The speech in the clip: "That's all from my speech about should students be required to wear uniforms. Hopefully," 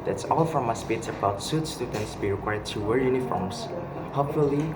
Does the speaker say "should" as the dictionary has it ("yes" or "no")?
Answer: no